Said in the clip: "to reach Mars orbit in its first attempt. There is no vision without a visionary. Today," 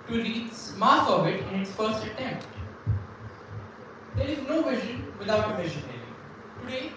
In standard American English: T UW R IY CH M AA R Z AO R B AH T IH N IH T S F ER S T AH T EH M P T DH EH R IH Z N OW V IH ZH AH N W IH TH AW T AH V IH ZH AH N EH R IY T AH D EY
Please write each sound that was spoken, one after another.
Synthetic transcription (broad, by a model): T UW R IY S M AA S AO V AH T IH N IH T S F ER S T AH T EH M P T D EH R IH Z N OW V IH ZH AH N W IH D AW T AH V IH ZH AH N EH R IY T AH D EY